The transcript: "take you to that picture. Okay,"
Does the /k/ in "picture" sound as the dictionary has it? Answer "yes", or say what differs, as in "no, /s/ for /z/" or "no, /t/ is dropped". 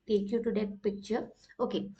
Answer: no, /k/ is dropped